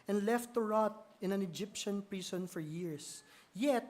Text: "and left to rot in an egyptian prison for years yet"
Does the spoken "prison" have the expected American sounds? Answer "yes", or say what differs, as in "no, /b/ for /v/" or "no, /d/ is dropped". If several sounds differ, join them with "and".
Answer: no, /s/ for /z/